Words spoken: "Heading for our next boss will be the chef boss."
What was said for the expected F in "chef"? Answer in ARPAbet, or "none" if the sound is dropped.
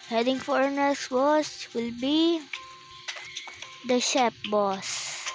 P